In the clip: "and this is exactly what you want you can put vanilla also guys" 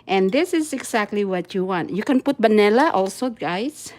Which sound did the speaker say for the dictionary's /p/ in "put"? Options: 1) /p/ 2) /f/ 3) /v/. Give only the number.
1